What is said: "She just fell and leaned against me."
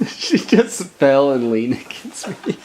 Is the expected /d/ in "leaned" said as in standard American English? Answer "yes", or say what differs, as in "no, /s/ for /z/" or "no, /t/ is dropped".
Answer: no, /d/ is dropped